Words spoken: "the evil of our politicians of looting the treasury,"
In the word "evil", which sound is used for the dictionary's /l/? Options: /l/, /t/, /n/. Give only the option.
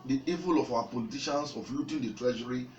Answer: /l/